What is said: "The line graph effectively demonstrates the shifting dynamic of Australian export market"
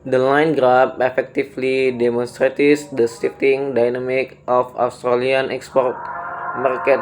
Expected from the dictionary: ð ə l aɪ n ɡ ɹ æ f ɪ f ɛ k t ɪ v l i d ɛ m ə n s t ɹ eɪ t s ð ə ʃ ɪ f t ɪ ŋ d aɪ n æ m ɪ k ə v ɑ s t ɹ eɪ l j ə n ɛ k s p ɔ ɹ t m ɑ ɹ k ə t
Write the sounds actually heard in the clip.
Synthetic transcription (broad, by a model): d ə l aɪ n ɡ ɹ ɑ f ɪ f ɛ k t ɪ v l i d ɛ m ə n s t ɹ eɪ t s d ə s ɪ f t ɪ ŋ d aɪ n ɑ m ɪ k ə f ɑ s t ɹ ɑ l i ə n ɛ k s p ɔ ɹ t m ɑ ɹ k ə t